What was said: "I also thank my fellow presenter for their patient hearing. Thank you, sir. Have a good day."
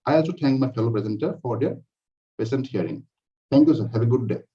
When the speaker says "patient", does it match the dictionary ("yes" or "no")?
no